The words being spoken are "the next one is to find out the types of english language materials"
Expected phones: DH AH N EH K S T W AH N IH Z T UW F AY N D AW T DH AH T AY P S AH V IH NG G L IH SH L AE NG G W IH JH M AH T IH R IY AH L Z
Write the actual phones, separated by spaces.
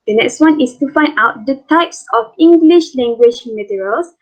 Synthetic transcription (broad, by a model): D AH N EH K S T W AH N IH S T UW F AY N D AW T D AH T AY P S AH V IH NG G L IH SH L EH NG G W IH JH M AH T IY R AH L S